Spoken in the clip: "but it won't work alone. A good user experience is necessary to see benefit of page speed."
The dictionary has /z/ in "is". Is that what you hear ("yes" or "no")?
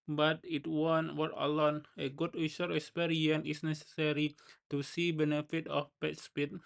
no